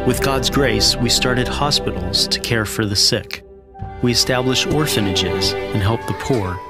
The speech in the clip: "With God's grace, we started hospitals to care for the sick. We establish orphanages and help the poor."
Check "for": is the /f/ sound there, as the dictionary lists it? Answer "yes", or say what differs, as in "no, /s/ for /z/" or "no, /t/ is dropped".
yes